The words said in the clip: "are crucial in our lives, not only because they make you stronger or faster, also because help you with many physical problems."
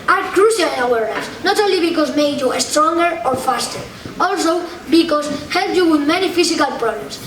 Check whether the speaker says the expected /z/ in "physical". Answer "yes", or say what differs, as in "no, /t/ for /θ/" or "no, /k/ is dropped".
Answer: no, /s/ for /z/